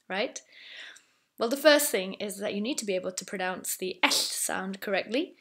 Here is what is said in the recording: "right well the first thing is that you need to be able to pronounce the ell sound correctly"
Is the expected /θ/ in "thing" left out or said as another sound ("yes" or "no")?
no